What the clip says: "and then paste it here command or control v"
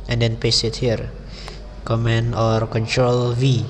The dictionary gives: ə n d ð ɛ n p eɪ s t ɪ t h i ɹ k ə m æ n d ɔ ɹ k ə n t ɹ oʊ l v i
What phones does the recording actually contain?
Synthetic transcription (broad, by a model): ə n d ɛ n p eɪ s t ɪ t h i ɹ k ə m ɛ n ɔ ɹ k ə n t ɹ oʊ l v i